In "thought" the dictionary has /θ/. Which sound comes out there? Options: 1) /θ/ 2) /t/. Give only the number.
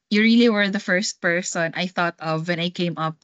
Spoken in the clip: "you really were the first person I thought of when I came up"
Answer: 1